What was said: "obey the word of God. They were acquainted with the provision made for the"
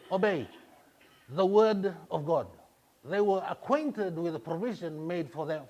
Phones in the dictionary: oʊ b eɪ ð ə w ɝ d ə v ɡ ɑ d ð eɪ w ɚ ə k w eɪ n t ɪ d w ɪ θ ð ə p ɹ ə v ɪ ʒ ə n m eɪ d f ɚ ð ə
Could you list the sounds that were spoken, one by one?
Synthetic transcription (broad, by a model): oʊ b eɪ ð ə w ɝ d ə v ɡ ɑ d ð eɪ w ɚ ə k w eɪ n t ɪ d w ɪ ð ə p ɹ ə v ɪ ʒ ə n m eɪ d f ɚ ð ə